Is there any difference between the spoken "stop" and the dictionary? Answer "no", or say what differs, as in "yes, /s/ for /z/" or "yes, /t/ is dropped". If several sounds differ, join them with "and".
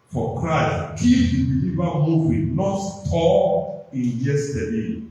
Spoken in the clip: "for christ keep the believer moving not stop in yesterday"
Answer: yes, /p/ is dropped